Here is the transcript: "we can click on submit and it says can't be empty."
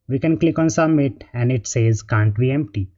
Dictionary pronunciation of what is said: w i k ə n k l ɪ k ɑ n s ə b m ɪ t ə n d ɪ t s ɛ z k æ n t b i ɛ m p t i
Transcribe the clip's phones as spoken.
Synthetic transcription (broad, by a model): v i k ə n k l ɪ k ɑ n s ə m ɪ t ə n d ɪ t s ɛ z k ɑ n t b i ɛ m p t i